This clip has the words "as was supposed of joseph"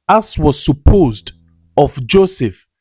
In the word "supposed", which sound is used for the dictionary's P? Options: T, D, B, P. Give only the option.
P